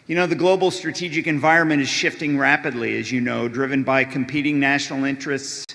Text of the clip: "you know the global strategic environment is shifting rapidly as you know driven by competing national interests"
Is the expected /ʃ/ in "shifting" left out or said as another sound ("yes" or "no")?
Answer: no